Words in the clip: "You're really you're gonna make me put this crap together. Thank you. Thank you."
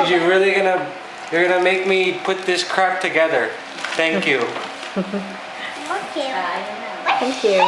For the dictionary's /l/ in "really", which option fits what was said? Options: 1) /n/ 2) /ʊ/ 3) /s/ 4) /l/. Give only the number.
1